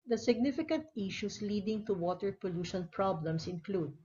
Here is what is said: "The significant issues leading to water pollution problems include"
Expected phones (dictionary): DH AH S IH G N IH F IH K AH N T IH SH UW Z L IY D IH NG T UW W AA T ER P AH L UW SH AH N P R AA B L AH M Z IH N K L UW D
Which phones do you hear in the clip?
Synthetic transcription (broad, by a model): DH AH S IH G N IH F IH K AH N T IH SH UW S L IY D IH NG T UW W AA T ER P AH L UW SH AH N P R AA B L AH M S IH N K L UW D